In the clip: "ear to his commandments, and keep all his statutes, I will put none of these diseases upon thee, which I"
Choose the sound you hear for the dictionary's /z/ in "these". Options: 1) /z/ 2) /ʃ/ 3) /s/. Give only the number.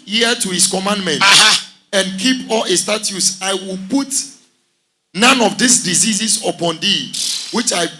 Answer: 3